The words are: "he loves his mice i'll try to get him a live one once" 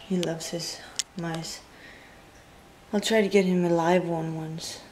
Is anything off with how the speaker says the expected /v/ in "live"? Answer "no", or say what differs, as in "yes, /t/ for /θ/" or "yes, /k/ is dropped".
no